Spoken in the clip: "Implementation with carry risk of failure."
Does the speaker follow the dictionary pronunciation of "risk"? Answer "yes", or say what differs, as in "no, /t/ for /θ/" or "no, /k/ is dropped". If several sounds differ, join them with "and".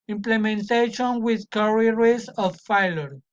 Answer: no, /k/ is dropped